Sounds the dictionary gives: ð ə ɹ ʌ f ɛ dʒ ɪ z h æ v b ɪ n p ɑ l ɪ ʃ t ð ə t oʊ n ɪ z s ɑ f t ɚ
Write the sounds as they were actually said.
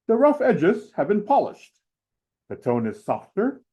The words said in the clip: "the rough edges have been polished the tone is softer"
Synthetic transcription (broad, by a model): ð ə ɹ ʌ f ɛ dʒ ɪ z h æ v b ɪ n p ɑ l ɪ ʃ t ð ə t oʊ n ɪ z s ɑ f t ɚ